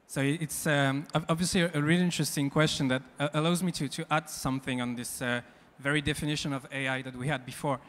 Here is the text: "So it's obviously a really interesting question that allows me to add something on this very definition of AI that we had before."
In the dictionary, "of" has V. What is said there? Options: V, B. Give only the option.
V